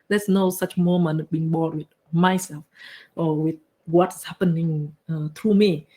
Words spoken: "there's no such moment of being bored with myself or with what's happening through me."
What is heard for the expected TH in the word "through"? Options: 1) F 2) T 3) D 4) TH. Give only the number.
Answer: 2